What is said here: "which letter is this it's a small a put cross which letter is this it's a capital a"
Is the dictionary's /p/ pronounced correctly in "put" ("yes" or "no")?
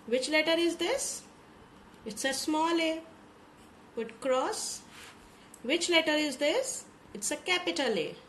no